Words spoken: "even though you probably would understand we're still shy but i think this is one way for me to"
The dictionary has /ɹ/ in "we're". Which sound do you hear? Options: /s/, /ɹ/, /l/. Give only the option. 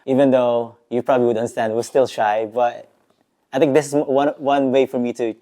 /l/